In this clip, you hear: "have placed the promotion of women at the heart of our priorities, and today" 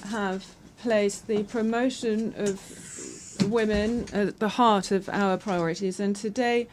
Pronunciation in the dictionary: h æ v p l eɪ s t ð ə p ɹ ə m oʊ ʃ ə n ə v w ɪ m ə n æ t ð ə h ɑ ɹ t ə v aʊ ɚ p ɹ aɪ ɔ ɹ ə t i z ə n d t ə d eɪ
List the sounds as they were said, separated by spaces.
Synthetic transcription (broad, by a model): h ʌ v p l eɪ s ð ə p ɹ ə m oʊ ʃ ə n ə v w ɪ m ə n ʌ t ð ə h ɑ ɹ t ə v aʊ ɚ p ɹ aɪ ɔ ɹ ə t i z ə n t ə d eɪ